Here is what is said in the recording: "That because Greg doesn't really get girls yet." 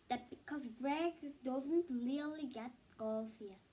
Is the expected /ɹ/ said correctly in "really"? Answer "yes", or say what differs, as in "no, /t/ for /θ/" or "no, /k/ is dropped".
no, /l/ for /ɹ/